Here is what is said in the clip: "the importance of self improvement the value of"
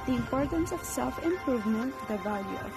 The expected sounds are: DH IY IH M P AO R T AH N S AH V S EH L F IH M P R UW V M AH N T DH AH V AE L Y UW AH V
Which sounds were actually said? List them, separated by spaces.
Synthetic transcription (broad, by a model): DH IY IH M P AO R T AH N S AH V S EH L F IH M P R UW V M AH N T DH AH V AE L Y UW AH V